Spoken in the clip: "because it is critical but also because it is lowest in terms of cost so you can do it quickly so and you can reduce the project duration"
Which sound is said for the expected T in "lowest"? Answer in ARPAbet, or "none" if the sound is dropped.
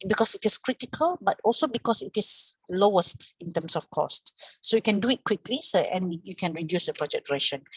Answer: T